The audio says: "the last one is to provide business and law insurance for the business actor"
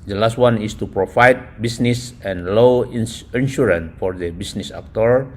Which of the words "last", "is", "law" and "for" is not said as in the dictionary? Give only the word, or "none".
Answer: is